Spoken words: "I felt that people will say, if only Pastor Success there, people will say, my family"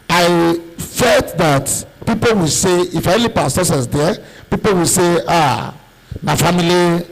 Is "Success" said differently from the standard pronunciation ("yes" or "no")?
yes